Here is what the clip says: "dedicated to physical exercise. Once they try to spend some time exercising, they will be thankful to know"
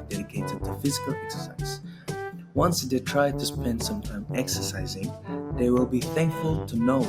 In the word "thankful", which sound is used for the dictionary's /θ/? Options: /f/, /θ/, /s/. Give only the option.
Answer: /θ/